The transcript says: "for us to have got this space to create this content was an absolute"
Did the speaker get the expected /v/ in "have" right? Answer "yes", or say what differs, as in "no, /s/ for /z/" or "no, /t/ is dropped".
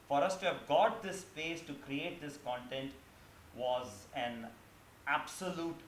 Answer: yes